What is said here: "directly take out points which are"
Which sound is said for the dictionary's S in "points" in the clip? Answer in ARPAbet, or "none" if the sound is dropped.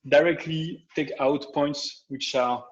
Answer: S